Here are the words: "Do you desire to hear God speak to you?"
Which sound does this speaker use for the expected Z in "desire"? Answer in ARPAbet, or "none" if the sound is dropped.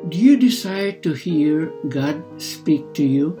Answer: S